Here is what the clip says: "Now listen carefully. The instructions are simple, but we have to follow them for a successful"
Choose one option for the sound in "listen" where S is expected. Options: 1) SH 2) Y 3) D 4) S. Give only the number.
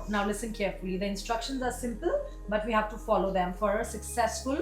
4